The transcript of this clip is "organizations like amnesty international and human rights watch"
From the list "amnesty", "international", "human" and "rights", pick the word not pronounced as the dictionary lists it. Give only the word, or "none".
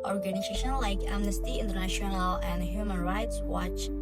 none